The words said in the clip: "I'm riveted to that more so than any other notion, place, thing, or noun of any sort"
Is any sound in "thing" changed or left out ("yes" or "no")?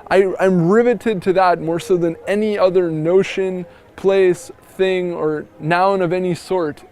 no